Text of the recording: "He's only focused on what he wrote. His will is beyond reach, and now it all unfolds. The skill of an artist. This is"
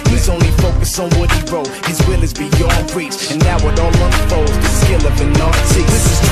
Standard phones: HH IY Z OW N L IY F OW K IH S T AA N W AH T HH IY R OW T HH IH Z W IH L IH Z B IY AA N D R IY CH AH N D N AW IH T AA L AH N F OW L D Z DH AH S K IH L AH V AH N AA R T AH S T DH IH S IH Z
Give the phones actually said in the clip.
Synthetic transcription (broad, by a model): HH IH Z OW N L IY F OW K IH S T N W AH T HH IY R OW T HH IH Z W IH L IH Z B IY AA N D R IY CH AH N N AW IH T AA L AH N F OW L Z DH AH S K IH L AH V AH N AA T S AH DH IH S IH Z